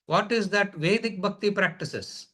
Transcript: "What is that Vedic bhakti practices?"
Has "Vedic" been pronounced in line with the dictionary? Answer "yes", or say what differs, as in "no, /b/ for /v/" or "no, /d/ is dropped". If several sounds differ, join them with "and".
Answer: yes